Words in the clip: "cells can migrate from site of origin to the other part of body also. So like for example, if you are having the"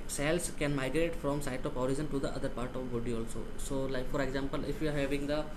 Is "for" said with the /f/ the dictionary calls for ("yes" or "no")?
yes